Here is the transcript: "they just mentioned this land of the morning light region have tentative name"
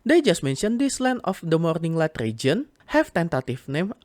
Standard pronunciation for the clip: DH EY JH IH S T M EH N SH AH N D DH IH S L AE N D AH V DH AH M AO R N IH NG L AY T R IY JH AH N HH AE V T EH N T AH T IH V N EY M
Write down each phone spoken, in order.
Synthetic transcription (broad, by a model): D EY JH IH S T M EH N SH AH N D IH S L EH N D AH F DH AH M AO R N IH NG L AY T R IY JH AH N HH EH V T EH N T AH T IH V N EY M